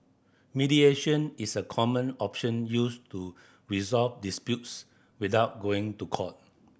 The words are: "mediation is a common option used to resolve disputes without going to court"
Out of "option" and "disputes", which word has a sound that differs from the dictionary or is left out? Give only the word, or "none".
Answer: none